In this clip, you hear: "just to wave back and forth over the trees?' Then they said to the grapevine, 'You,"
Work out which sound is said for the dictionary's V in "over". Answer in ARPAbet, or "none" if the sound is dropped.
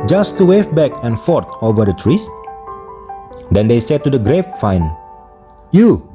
V